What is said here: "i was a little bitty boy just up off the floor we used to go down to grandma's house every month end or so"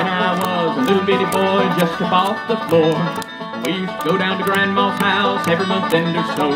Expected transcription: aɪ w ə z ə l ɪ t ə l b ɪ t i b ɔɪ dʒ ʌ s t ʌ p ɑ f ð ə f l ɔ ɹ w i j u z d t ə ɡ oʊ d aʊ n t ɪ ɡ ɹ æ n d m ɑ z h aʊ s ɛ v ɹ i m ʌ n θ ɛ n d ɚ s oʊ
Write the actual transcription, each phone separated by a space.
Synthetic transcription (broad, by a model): aɪ w ə z ə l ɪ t l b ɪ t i b ɔɪ dʒ ʌ s t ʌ b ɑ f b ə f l ɔ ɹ w i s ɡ oʊ d aʊ n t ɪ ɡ ɹ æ n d m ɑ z h aʊ s ɛ v ɹ i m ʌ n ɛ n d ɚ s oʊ